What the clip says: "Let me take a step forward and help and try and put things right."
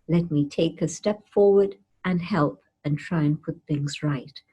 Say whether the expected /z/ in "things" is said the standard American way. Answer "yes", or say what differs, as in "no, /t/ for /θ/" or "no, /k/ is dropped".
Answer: yes